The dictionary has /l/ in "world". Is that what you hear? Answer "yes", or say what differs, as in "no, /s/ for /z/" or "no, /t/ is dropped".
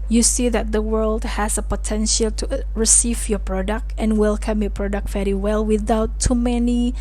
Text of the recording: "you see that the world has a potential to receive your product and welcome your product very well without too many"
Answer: yes